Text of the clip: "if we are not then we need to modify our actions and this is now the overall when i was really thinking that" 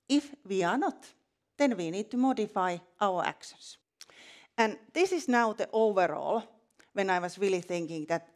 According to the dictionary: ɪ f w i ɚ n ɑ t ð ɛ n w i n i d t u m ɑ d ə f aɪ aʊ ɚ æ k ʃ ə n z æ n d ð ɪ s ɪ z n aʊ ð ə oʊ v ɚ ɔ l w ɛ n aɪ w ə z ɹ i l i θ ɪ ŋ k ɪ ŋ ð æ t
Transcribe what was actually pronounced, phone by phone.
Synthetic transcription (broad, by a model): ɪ f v i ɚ n ɑ t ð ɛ n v i n i d t u m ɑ d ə f aɪ aʊ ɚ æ k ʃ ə n s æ n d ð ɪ s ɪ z n aʊ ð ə oʊ v ɚ ɔ l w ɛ n aɪ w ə s ɹ i l i θ ɪ ŋ k ɪ ŋ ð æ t